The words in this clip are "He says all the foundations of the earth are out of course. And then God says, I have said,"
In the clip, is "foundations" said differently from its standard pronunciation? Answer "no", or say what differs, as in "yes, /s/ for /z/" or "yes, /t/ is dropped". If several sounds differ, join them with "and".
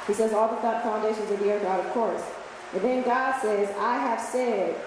no